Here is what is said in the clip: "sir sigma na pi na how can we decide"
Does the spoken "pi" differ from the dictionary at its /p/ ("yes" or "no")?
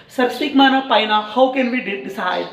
no